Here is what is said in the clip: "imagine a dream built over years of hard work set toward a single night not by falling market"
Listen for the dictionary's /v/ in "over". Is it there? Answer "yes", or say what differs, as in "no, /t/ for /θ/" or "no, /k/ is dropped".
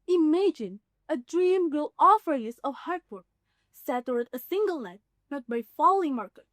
no, /f/ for /v/